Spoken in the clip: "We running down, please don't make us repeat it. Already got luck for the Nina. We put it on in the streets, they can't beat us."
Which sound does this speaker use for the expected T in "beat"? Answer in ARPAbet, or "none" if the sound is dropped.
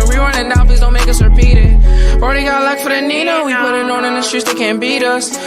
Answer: T